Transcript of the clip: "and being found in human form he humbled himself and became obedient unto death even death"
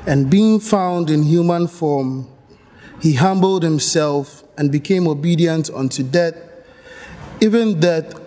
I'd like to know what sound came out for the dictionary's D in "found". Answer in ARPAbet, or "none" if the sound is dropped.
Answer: D